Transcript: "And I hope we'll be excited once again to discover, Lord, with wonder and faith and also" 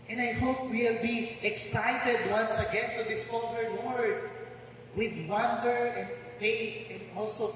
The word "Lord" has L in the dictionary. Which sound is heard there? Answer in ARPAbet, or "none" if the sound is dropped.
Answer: W